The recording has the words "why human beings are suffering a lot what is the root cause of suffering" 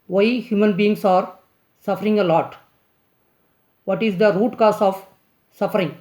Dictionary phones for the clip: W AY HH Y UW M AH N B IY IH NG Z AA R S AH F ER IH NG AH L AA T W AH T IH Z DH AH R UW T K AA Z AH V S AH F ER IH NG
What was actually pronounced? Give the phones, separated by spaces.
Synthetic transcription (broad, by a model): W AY HH Y UW M AH N B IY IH NG S AA R S AH F ER IH NG AH L AA T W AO T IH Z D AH R UW T K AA S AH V S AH F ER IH NG